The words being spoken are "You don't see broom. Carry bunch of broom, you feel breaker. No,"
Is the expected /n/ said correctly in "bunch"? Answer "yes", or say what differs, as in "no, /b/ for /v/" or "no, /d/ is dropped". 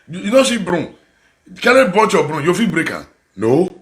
no, /n/ is dropped